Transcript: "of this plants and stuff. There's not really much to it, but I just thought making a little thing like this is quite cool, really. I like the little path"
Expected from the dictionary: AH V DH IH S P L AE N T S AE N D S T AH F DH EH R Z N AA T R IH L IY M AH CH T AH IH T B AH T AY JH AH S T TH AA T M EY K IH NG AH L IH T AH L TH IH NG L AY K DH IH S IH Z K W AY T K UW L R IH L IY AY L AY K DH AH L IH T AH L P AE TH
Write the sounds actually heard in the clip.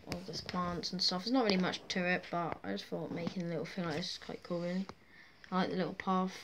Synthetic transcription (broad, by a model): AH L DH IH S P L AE N T S N S T AH F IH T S N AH T R IH L IY M AH CH T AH IH T B AH T AY JH AH S T F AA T M EY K IH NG AH L IH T L F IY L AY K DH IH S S K W AY T K UW L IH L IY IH L AY K DH AH L IH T L P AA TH